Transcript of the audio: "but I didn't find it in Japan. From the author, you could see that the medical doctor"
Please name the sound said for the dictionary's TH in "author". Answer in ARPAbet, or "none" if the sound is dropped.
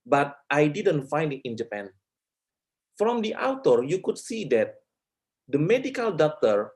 T